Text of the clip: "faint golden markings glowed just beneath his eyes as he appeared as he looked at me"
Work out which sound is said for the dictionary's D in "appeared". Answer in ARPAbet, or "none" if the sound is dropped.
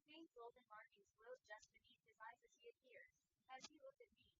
none